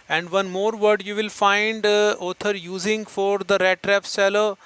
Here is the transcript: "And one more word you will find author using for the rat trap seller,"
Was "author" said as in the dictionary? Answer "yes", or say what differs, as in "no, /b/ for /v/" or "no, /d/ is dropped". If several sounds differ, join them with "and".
no, /t/ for /θ/